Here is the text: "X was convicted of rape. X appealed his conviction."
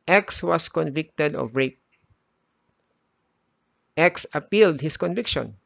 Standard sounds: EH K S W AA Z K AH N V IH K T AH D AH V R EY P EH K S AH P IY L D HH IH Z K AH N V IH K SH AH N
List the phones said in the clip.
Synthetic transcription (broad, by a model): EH K S W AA S K AH N V IH K T AH D AH V R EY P EH K S AH P IY L D HH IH S K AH N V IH K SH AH N